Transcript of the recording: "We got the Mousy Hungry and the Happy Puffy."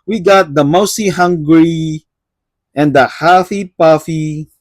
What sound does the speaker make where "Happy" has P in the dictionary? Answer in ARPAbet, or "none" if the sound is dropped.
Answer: F